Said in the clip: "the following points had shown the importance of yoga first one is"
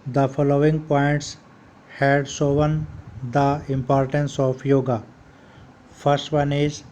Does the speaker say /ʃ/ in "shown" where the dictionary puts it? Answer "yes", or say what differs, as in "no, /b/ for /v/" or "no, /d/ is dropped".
no, /s/ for /ʃ/